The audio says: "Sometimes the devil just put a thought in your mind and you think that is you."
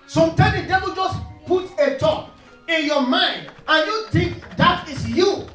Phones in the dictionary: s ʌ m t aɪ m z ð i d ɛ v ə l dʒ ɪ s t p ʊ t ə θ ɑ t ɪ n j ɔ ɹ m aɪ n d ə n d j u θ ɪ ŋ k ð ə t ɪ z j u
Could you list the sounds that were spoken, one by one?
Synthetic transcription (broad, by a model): s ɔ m t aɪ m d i d ɛ v ə l dʒ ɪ s p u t ə t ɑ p ɪ n j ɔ m aɪ n d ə n j u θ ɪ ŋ k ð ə t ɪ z j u